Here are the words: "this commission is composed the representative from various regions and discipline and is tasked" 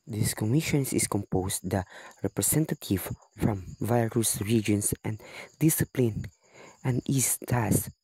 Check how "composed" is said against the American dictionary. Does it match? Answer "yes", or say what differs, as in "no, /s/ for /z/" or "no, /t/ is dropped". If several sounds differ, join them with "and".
no, /s/ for /z/